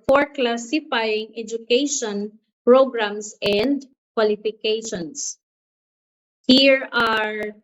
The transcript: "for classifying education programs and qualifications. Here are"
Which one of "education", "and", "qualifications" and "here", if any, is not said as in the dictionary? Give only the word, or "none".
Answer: qualifications